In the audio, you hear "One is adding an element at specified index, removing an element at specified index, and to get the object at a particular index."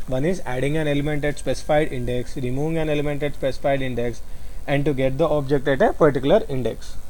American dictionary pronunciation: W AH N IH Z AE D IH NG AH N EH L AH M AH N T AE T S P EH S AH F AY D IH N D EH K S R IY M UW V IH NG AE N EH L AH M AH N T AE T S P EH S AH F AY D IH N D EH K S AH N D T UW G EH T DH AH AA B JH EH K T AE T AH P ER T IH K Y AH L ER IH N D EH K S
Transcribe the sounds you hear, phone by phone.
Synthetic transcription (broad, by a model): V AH N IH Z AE D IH NG AH N EH L AH M AH N T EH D S P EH S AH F AY D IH N D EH K S R IY M UW V IH NG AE N EH L AH M AH N T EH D S P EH S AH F AY D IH N D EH K S AH N D T UW G EH T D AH AA B JH EH K T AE T AH P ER T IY K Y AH L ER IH N D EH K S